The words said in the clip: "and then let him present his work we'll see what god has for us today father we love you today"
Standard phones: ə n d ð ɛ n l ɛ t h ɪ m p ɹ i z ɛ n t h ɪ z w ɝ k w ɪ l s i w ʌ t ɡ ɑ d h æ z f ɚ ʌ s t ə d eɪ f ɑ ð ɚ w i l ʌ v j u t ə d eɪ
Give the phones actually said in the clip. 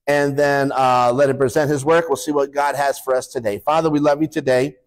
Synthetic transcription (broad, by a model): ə n ð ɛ n l ɛ t h ɪ m p ɹ i z ɛ n t h ɪ z w ɝ k w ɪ l s i w ʌ t ɡ ɑ d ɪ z f ɚ ʌ s t ə d eɪ f ɑ ð ɚ w i l ʌ v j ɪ t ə d eɪ